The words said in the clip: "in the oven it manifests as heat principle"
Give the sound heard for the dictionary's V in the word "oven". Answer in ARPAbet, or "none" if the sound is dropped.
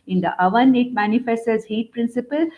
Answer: V